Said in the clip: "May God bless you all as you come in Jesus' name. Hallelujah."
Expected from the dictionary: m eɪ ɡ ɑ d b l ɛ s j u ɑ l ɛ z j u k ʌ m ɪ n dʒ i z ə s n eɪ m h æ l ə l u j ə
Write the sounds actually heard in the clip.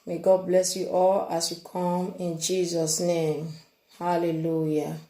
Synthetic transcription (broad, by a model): m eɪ ɡ ɑ d b l ɛ s j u ɑ l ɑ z j u k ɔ m ɪ n dʒ i z ə s n eɪ m h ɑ l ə l u j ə